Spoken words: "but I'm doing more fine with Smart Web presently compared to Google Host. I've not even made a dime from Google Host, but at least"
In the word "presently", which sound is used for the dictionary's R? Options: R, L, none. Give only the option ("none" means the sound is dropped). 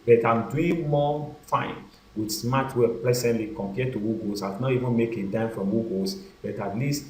L